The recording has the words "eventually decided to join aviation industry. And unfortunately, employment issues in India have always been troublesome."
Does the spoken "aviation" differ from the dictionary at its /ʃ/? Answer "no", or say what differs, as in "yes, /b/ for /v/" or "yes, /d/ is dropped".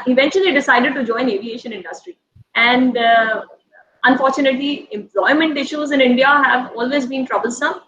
no